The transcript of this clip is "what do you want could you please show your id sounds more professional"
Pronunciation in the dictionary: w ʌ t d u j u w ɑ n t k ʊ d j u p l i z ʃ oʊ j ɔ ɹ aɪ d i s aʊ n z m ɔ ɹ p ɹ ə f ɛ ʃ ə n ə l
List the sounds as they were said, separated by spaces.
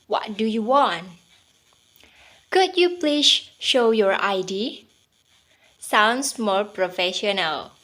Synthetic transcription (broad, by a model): w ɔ t d u j u w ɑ n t k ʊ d j u p l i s ʃ oʊ j ɔ ɹ aɪ d i s aʊ n s m ɔ ɹ p ɹ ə f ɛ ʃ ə n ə l